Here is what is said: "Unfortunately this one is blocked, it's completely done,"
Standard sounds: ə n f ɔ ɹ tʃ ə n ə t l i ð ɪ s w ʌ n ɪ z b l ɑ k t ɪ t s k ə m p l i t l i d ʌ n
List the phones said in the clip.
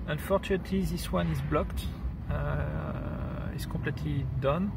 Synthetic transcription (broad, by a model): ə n f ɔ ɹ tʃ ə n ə t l i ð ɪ s w ʌ n ɪ z b l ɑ k t ɪ t s k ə p l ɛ t l i d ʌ n